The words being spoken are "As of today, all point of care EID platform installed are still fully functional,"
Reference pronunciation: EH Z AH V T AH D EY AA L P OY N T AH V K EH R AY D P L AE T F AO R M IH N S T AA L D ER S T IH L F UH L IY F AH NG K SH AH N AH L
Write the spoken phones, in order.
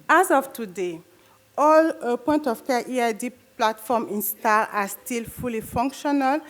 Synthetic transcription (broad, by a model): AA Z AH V T AH D EY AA L P OY N T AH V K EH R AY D P L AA T F AO M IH N S T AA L AA S T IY L F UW L IY F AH NG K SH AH N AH L